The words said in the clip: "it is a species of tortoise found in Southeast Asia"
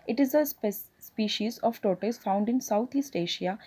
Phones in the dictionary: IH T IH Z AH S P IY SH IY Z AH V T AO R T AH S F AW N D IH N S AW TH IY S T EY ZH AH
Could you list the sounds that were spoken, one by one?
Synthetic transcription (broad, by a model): IH T IH Z AH S P IY SH IY Z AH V T AO T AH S F AW N D IH N S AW T IY S T EY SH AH